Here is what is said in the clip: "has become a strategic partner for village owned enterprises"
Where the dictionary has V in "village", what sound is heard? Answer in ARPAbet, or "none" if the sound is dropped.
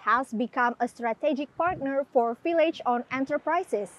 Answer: F